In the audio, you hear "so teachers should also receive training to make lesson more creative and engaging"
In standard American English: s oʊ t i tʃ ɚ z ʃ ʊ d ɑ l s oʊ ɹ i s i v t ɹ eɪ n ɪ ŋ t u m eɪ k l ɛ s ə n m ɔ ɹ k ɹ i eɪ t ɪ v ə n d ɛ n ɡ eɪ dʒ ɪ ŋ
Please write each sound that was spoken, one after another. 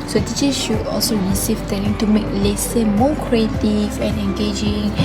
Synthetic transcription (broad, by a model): s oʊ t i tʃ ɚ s ʃ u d ɑ l s oʊ ɹ i s i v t eɪ l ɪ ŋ t u m eɪ k l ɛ s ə m ɔ k ɹ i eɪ t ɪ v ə n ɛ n ɡ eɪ dʒ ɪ ŋ